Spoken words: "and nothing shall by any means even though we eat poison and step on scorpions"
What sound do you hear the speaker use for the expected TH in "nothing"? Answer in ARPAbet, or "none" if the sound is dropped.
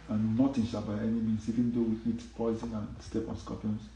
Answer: T